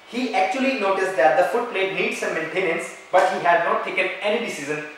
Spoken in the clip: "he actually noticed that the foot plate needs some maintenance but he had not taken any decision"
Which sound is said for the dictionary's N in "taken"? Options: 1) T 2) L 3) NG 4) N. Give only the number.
4